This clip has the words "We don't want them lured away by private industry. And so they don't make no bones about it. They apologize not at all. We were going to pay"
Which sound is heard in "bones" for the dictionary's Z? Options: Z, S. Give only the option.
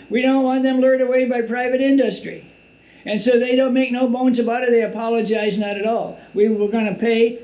Z